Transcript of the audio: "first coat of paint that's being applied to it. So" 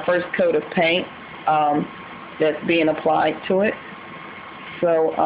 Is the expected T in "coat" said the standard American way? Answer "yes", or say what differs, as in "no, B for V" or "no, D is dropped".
yes